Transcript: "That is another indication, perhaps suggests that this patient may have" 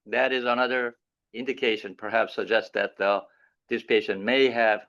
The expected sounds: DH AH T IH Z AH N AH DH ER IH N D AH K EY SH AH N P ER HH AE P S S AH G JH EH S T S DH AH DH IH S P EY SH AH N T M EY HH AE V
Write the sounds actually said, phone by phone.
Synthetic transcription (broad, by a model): DH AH T IH Z AH N AH DH ER IH N D AH K EY SH AH N P ER HH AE P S S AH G JH EH S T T DH AH DH IH S P EY SH AH N T M EY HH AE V